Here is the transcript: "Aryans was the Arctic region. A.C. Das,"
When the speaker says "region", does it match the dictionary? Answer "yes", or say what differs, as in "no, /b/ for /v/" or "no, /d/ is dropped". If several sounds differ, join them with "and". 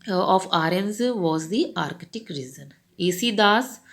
no, /z/ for /dʒ/